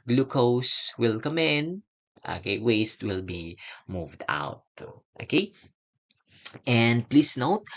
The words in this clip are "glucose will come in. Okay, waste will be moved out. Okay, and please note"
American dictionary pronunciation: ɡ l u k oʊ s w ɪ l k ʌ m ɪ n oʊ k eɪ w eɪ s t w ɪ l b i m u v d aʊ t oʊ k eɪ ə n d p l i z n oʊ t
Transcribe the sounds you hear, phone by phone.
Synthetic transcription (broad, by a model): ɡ l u k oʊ s w ɪ l k ʌ m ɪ n oʊ k eɪ w eɪ s t w ɪ l b i m u v d aʊ t oʊ k eɪ ə n d p l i s n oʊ t